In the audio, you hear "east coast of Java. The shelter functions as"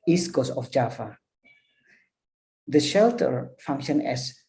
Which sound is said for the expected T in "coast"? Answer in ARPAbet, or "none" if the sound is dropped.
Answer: none